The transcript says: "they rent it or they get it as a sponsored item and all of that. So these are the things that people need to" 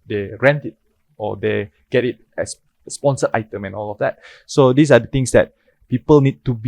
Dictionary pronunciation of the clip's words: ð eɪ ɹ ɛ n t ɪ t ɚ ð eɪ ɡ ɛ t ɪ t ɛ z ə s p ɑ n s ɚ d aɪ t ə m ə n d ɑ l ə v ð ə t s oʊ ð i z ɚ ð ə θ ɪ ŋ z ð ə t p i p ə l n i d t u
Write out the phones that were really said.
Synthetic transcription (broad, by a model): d eɪ ɹ ɛ n t ɪ t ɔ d eɪ ɡ ɛ t ɪ t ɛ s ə s p ɑ n s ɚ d aɪ t ə m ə n ɑ l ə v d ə t s oʊ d i s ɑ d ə t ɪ ŋ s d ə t p i p ə l n i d t u